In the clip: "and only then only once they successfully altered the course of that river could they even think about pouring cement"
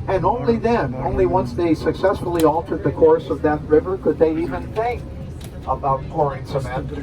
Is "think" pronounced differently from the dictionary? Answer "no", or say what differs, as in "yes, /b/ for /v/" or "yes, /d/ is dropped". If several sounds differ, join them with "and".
no